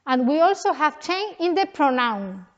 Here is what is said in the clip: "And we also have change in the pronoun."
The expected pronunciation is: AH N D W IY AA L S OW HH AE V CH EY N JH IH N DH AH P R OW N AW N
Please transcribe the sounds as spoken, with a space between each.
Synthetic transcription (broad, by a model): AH N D W IY AA L S OW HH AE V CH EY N IH N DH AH P R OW N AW N